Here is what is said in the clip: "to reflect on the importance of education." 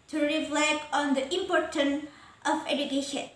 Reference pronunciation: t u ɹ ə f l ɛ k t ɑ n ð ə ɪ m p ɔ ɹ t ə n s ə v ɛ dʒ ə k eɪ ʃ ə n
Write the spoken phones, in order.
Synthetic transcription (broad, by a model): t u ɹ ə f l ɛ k ɑ n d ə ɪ m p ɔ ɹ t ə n ə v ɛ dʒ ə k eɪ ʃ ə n